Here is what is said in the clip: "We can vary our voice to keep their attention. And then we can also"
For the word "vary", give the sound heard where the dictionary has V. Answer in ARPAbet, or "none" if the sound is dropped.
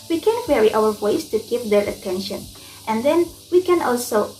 W